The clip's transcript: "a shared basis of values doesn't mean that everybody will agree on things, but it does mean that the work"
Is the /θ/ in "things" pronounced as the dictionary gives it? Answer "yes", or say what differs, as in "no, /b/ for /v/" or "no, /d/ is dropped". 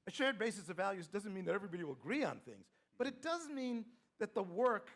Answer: yes